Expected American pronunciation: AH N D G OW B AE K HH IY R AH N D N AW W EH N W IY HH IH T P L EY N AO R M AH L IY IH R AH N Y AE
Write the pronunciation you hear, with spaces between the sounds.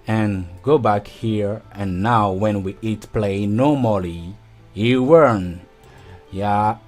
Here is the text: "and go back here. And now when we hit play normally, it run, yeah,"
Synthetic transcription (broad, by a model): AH N G OW B AE K HH IY R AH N N AW W EH N W IY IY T P L EY N AO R M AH L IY IH W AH N Y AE